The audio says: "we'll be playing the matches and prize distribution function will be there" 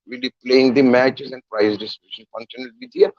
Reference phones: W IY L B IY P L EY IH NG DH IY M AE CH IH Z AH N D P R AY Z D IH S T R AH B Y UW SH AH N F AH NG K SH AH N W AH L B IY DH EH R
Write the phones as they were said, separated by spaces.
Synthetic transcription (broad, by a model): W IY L B IY P L EY IH NG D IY M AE CH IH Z AH N D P R AY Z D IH S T AH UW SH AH N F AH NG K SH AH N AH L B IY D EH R